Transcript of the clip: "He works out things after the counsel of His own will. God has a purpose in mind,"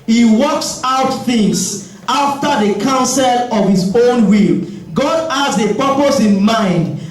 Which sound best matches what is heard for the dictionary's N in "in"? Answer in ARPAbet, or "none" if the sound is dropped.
N